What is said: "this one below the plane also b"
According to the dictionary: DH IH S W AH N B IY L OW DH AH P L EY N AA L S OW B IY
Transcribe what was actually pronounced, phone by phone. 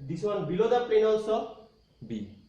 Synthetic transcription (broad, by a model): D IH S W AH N B IY L OW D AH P EY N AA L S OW B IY